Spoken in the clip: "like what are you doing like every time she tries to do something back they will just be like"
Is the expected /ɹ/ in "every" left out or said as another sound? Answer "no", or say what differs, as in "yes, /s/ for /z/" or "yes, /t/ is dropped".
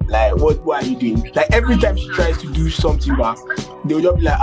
no